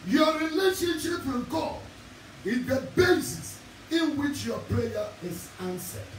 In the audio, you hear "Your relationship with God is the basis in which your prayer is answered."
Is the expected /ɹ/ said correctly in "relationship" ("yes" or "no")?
yes